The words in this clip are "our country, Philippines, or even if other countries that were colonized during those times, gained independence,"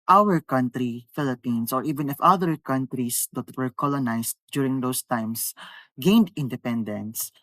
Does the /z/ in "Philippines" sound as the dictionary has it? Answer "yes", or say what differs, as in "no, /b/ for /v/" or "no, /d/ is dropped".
no, /s/ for /z/